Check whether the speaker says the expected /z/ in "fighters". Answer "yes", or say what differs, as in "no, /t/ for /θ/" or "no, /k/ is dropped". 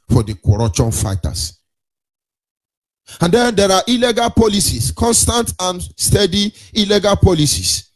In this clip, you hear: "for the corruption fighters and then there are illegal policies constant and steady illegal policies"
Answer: no, /s/ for /z/